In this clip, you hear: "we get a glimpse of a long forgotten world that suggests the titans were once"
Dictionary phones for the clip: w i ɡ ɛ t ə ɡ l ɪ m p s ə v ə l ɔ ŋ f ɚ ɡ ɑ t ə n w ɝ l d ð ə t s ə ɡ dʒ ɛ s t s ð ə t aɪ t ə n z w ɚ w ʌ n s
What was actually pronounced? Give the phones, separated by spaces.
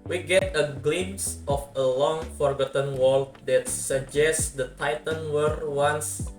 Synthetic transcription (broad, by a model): w i ɡ ɛ t ə ɡ l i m s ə f ə l ɔ ŋ f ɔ ɡ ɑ t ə n w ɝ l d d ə t s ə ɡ dʒ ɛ s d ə t aɪ t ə n w ɚ w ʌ n s